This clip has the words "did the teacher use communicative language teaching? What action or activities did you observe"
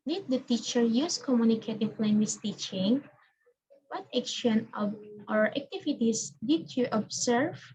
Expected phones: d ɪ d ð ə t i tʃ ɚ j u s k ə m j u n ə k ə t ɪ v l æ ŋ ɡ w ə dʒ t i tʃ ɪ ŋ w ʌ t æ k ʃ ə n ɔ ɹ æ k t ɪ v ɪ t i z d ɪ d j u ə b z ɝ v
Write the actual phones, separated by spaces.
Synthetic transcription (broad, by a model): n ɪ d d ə t i tʃ ɚ j u s k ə m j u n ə k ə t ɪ p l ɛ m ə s t i tʃ ɪ ŋ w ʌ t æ k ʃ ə n ɔ ɹ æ k t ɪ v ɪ t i s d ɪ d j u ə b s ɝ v